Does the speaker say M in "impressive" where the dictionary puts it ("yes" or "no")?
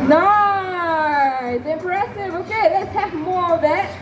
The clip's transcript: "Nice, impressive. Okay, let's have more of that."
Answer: no